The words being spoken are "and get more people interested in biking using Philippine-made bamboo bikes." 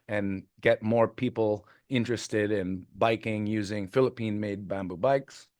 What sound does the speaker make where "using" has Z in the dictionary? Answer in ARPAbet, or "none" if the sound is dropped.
Z